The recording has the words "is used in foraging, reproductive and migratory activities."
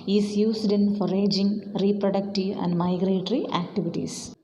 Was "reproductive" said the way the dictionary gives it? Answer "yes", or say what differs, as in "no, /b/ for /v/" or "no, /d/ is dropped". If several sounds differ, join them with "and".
yes